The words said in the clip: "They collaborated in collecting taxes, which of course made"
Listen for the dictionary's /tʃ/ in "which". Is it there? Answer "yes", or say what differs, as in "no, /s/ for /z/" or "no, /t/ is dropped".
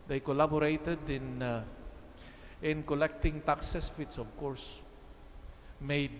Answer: no, /s/ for /tʃ/